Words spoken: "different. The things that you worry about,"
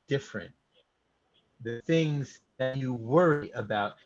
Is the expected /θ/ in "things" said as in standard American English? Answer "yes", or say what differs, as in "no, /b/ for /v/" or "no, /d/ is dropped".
yes